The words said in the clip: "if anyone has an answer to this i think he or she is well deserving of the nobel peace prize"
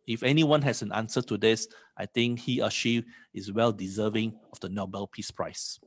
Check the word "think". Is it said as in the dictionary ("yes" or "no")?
no